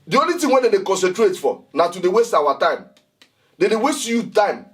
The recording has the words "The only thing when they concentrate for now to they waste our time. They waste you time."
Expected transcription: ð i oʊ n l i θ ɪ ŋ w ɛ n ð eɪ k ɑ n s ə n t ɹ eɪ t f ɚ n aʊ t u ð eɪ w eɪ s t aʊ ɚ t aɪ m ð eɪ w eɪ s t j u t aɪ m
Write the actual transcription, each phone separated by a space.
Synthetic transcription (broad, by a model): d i oʊ n l i t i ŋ w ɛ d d eɪ k ɑ n s ə n t ɹ eɪ t f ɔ n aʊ t u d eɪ w eɪ s t aʊ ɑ t aɪ m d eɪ w eɪ s t j u t aɪ m